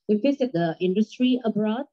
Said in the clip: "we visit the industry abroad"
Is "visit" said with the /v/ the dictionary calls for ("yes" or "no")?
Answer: no